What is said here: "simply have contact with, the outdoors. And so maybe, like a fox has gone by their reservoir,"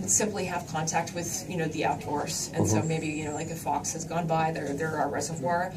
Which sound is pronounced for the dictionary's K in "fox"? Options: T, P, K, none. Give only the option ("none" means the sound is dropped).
K